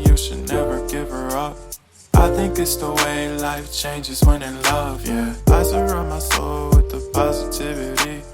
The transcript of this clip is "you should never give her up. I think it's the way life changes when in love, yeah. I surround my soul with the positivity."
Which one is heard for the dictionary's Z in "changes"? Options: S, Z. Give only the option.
Z